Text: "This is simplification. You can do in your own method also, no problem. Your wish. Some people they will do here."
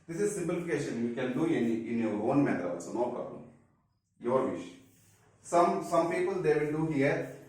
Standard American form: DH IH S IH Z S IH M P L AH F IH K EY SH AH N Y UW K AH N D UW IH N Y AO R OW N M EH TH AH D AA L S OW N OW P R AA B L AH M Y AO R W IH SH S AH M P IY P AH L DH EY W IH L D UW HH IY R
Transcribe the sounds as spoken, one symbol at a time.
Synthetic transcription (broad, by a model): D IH S IH Z S IH M P L AH F IH K EY SH AH N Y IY K AH N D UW IH N Y AO R OW N M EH T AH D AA S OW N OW P R AA B L AH M Y AO R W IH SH S AH M P IY P AH L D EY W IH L D UW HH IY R